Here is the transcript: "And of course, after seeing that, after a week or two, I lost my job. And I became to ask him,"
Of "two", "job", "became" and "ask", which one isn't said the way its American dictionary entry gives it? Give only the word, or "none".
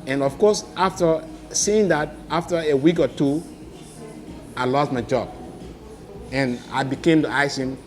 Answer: ask